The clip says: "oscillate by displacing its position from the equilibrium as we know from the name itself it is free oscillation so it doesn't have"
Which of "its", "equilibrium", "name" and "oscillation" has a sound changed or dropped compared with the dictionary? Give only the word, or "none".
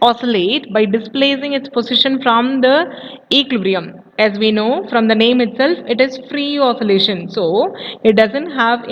equilibrium